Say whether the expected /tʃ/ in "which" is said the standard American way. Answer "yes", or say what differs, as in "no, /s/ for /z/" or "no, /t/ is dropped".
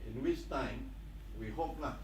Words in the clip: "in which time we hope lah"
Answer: no, /s/ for /tʃ/